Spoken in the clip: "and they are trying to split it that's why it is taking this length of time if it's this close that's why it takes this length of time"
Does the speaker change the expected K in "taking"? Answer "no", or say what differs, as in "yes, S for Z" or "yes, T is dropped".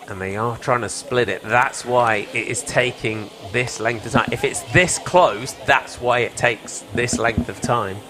no